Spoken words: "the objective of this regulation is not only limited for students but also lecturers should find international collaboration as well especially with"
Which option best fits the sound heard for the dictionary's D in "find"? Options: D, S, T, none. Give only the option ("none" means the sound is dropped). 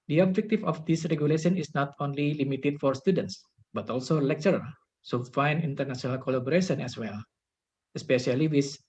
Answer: none